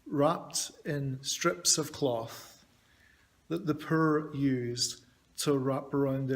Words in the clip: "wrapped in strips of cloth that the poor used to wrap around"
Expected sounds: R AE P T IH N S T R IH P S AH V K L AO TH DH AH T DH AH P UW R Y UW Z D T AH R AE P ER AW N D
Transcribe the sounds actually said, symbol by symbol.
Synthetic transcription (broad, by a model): R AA P T IH N S T R IH P S AH V K L AO TH DH AH T DH AH P UW R Y UW Z T AH R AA P ER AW N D